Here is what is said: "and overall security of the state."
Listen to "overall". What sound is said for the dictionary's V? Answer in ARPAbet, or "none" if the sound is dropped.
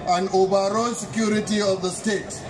B